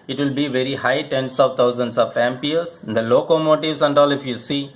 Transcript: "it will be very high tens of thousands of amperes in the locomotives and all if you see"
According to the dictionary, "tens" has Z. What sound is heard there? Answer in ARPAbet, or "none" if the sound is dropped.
S